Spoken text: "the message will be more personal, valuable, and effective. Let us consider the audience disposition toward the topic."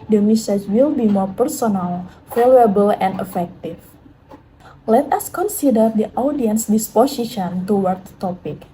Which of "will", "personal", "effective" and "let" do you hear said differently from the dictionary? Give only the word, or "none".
effective